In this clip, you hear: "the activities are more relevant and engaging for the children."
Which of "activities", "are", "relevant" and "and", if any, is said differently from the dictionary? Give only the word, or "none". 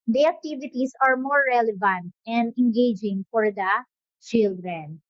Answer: activities